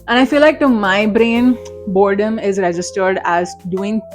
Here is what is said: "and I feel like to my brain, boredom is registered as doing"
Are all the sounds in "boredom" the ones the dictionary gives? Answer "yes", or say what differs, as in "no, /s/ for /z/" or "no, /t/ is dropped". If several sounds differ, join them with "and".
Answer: yes